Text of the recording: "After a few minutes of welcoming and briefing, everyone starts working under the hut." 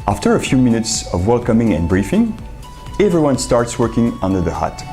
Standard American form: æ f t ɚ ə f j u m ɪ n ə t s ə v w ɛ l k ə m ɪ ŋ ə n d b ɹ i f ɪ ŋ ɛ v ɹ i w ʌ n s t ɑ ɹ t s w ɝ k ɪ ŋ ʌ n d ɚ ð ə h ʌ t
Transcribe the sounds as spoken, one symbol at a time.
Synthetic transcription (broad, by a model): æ f t ɚ ə f j u m ɪ n ə t s ə v w ɛ l k ə m ɪ ŋ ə n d b ɹ i f ɪ ŋ ɛ v ɹ i w ʌ n s t ɑ ɹ t s w ɝ k ɪ ŋ ʌ n d ɚ ð ə h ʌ t